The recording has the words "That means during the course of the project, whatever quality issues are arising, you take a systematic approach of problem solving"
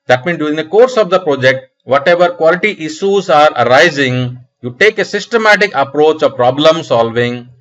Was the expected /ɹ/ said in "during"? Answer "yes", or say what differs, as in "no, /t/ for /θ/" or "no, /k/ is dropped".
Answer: no, /ɹ/ is dropped